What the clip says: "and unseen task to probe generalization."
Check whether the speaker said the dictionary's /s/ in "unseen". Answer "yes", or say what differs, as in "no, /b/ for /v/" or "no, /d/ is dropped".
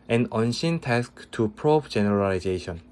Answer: no, /ʃ/ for /s/